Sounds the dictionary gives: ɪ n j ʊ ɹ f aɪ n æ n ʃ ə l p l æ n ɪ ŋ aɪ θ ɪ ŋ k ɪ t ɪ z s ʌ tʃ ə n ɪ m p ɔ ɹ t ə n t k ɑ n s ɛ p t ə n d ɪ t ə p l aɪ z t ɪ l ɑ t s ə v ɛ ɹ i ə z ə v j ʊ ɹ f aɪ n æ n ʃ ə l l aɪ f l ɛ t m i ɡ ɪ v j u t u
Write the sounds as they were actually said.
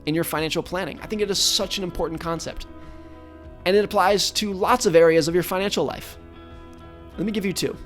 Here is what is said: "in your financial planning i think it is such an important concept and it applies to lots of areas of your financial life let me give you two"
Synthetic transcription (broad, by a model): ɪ n j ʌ ɹ f aɪ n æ n ʃ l p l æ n ɪ ŋ aɪ θ ɪ ŋ k ɪ t ɪ z s ʌ tʃ ə n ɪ m p ɔ ɹ t n k ɑ n s ɛ p t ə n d ɪ t ə p l aɪ z t ɪ l ɑ t s ə v ɛ ɹ i ə z ə v j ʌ ɹ f aɪ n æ n ʃ l l aɪ f l ɛ t m i ɡ ɪ v j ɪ t u